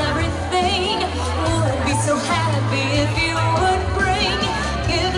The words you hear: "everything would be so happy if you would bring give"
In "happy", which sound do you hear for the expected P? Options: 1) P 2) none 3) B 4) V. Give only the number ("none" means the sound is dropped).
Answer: 3